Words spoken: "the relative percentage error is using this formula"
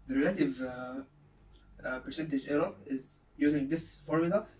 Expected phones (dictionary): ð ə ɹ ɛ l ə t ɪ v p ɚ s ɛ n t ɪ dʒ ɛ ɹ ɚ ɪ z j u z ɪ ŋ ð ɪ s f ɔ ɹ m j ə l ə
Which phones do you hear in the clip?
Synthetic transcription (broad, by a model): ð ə ɹ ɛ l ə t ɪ v p ɚ s ɛ n t ɪ dʒ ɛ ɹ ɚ ɪ z j u z ɪ ŋ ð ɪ s f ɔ ɹ m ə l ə